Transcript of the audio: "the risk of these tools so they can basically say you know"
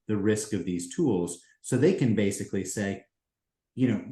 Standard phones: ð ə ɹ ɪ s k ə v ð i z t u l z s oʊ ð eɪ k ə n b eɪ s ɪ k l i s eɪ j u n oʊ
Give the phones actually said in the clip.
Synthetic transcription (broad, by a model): ð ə ɹ ɪ s k ə v ð i z t u l z s oʊ ð eɪ k ə n b eɪ s ɪ k l i s eɪ j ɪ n oʊ